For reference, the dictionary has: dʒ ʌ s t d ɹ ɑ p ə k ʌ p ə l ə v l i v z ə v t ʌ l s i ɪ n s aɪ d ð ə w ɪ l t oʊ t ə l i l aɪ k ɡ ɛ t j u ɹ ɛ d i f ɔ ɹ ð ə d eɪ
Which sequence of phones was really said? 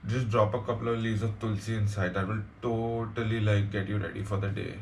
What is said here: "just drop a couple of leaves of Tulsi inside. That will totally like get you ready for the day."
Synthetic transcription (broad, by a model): dʒ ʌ s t d ɹ ɑ p ə k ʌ p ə l ə v l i z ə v t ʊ l s i ɪ n s aɪ d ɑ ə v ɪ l t oʊ t ə l i l aɪ k ɡ ɛ t j u ɹ ɛ d i f ɔ ɹ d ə d eɪ